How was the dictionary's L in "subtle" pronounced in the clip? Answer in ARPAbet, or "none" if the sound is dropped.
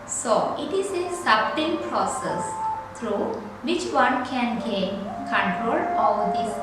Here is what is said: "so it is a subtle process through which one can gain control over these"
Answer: N